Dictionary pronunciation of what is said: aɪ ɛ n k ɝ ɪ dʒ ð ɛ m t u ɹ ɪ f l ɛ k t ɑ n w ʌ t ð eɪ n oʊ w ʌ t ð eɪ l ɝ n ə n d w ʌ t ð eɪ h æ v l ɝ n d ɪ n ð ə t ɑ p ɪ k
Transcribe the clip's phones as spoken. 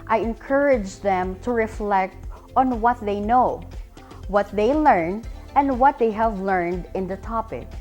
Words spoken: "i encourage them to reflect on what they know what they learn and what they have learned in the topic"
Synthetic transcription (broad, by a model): aɪ ɛ n k ɝ ɪ dʒ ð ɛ m t u ɹ ɪ f l ɛ k t ɑ n w ʌ t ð eɪ n oʊ w ʌ t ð eɪ l ɝ n ə n d w ʌ t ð eɪ h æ v l ɝ n d ɪ n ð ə t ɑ p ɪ k